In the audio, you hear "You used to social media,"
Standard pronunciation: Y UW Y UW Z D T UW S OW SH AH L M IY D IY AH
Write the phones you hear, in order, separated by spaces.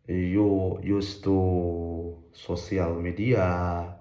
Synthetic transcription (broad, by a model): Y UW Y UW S T UW S OW S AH L M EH D IY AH